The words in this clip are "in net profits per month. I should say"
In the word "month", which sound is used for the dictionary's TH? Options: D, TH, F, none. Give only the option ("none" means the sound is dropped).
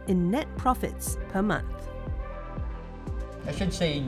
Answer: TH